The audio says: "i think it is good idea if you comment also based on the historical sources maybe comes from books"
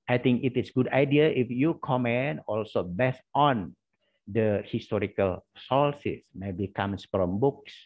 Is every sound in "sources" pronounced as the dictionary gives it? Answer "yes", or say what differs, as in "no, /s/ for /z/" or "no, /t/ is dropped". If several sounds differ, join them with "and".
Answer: no, /l/ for /ɹ/ and /s/ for /z/